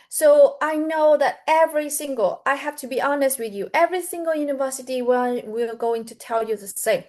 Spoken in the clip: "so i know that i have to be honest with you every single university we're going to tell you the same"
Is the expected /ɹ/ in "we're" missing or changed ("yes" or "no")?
yes